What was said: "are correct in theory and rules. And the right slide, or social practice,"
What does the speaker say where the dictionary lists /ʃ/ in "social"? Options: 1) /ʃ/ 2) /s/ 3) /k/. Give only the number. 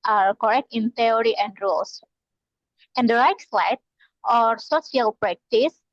2